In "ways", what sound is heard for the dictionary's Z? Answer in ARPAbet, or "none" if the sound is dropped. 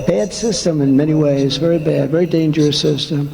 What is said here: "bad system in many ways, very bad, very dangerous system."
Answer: Z